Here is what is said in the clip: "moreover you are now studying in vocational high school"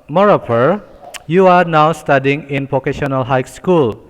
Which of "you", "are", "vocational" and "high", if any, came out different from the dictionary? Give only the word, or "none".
vocational